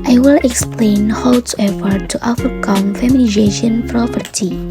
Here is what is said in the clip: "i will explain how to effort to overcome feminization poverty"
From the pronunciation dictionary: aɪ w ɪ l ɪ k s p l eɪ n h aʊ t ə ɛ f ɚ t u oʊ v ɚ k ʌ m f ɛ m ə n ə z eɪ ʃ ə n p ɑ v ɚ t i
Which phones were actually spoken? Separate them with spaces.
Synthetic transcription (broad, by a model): aɪ w ɪ l ɪ k s p l eɪ n h aʊ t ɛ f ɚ t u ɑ f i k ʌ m f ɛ m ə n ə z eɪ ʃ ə n p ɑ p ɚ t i